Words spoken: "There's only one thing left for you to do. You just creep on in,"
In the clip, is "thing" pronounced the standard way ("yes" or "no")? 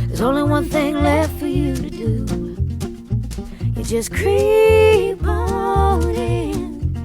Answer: yes